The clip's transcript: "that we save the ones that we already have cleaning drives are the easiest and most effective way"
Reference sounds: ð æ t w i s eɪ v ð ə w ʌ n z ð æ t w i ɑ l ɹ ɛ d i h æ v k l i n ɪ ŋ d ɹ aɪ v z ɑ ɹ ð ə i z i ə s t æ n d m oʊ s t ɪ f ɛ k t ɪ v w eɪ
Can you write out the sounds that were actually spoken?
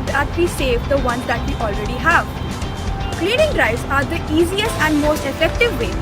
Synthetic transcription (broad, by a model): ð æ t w i s eɪ v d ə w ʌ n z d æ t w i ɑ l ɹ ɛ d i h æ v k l i n ɪ ŋ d ɹ aɪ z ɑ ɹ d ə i z i ə s t æ n d m oʊ s t ɪ f ɛ k t ɪ v eɪ